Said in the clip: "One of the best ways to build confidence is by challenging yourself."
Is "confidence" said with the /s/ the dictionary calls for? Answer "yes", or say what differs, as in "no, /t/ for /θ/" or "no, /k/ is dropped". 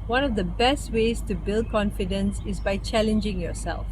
yes